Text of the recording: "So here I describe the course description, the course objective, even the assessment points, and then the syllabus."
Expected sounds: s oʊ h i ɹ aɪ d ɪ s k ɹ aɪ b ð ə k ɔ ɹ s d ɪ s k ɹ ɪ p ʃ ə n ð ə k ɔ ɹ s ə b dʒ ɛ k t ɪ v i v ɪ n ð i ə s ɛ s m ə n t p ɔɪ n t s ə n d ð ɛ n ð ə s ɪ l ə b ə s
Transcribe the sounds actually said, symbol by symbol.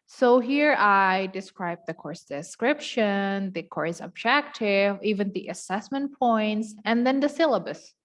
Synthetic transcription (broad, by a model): s oʊ h i ɹ aɪ d ɪ s k ɹ aɪ b ð ə k ɔ ɹ s d ɪ s k ɹ ɪ p ʃ ə n ð ə k ɔ ɹ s ə b dʒ ɛ k t ɪ v i v ɪ n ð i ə s ɛ s m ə n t p ɔɪ n t s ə n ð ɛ n ð ə s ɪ l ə b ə s